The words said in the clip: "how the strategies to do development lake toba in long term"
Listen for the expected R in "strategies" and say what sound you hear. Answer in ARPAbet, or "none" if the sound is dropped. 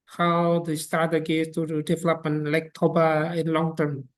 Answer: none